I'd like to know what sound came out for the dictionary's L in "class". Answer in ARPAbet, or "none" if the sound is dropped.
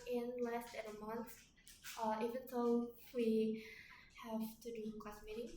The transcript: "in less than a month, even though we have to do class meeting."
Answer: none